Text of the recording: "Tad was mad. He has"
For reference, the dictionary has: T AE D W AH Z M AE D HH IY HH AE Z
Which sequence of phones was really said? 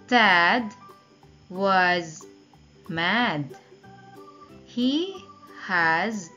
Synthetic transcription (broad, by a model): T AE D W AH Z M AE D HH IY HH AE Z